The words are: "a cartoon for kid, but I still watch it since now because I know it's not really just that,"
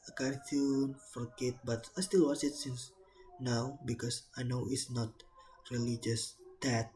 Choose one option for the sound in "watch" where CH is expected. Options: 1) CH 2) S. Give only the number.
2